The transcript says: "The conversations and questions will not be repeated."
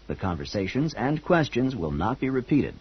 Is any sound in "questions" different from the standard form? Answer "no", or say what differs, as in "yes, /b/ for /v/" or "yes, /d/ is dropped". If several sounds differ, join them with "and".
no